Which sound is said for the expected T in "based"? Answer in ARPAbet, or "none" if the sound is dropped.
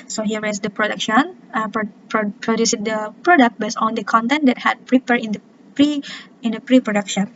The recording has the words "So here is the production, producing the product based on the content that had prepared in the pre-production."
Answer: none